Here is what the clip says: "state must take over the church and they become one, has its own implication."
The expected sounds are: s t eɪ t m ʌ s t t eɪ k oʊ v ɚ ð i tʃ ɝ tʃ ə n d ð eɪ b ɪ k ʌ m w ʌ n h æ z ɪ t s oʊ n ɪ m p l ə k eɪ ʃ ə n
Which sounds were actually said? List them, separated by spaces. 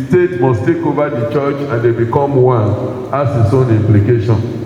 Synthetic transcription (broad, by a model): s t eɪ t m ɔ s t t eɪ k oʊ v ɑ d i tʃ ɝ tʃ ə n d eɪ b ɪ k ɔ m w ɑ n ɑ s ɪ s oʊ n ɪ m p l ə k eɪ ʃ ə n